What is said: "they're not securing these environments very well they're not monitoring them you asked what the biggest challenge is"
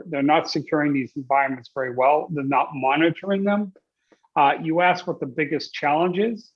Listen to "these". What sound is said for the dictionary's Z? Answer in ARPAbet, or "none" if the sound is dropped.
Z